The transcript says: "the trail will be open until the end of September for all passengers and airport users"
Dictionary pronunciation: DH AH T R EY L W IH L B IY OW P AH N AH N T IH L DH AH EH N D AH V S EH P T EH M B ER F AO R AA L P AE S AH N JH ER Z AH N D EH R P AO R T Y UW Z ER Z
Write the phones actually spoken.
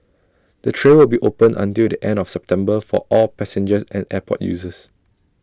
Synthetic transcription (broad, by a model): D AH T R EY N W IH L B IY OW P AH N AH N T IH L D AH EH N D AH F S EH P T EH M B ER F AO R AA L P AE S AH N JH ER S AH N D EH P AO T Y UW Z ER S